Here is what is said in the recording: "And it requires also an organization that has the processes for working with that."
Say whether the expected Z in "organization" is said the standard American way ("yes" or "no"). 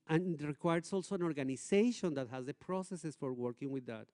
no